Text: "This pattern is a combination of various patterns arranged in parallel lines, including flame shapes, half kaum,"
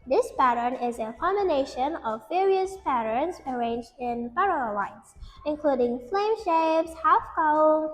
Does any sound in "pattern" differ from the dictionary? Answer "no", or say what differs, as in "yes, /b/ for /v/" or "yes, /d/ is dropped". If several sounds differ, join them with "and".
no